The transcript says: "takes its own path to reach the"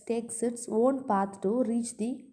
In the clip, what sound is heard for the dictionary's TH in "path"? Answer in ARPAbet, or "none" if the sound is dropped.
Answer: T